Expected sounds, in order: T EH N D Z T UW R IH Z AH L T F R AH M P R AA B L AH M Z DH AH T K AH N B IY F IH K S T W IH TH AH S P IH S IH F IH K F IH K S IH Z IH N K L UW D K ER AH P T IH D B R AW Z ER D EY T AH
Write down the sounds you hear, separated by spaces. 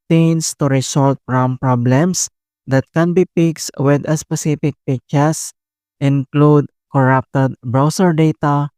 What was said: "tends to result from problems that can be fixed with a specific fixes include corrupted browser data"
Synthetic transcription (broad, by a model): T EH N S T UW R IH S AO L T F R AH M P R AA B L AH M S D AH T K AH N B IY P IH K S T W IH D AH S P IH S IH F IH K P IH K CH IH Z IH N K L UW D K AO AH P T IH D B R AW S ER D EY T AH